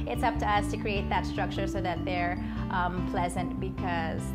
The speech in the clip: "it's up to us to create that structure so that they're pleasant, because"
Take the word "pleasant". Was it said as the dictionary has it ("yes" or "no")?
yes